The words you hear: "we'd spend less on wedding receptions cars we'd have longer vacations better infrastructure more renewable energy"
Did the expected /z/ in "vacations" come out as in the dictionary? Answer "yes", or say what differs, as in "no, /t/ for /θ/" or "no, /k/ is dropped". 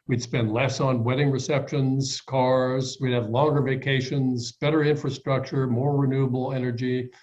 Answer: yes